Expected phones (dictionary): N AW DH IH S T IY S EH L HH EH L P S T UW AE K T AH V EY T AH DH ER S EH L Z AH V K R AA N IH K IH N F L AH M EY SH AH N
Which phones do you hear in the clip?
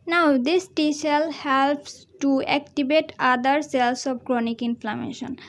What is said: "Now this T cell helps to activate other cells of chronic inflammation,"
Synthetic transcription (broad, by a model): N AW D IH S T IY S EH L HH EH L P S T UW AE K T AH B EY T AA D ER S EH L S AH P K R AA N IH K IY N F L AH M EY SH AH N